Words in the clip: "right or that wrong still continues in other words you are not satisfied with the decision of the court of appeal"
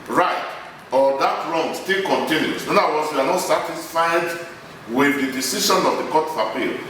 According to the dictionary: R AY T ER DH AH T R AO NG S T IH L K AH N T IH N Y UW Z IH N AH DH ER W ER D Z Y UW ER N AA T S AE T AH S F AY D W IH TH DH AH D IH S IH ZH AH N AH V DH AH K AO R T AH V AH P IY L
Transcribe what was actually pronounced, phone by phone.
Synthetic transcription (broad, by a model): R AY T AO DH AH T R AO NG S T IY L K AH N T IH N Y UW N IH N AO AA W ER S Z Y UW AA N AA T S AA T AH S F AY D W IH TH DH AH D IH S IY SH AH N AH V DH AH K AO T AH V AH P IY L